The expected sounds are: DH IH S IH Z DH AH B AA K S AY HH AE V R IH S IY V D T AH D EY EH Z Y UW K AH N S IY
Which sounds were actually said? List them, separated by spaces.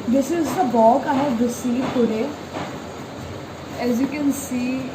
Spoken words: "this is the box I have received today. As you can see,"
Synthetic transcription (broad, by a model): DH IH S IH Z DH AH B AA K AY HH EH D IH S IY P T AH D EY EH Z Y UW K AH N S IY